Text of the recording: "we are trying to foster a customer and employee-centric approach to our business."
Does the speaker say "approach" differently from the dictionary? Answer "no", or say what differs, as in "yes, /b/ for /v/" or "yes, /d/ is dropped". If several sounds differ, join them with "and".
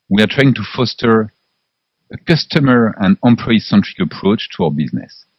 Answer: no